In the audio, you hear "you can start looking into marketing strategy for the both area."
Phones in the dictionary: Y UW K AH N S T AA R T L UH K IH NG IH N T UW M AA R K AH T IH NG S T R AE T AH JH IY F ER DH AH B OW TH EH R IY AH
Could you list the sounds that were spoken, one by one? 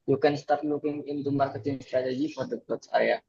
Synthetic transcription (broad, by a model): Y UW K AH N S T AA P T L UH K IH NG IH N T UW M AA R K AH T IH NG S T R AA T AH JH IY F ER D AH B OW S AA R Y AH